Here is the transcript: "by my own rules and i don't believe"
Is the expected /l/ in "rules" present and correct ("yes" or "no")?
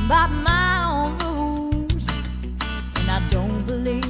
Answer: no